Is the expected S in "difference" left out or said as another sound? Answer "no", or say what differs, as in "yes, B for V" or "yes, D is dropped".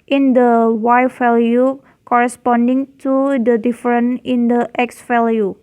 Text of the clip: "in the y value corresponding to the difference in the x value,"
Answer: yes, S is dropped